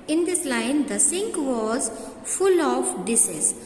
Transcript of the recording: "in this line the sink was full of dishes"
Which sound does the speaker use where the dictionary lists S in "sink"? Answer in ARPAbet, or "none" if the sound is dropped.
S